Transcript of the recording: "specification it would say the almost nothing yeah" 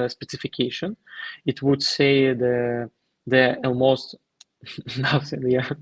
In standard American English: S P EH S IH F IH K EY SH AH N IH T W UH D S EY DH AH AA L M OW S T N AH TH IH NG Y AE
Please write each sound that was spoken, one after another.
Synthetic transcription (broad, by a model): S P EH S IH F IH K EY SH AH N IH T W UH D S EY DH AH AA L M OW S T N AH S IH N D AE